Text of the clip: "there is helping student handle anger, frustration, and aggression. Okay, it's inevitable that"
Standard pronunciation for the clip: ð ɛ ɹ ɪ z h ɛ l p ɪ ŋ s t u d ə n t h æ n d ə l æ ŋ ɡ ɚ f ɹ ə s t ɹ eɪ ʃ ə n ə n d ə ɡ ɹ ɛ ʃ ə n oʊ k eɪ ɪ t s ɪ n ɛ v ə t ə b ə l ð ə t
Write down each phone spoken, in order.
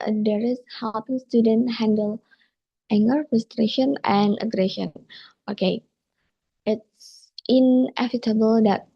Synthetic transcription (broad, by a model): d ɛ ɹ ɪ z h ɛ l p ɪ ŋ s t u d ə n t h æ n d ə l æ ŋ ɡ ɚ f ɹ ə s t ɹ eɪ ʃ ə n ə n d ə ɡ ɹ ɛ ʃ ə n oʊ k eɪ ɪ t s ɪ n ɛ f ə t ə b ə l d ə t